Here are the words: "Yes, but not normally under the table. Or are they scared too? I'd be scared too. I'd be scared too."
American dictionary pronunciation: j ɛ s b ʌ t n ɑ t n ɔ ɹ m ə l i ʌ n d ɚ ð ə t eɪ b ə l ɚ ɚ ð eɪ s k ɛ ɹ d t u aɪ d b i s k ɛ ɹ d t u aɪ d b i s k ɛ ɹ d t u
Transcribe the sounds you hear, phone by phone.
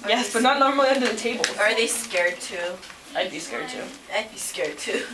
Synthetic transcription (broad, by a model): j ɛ s b ʌ t n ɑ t n ɔ ɹ m ə l i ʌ n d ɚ ð ə t eɪ b ə l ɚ ɚ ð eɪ s k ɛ ɹ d t u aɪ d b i s k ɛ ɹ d t u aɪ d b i s k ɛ ɹ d t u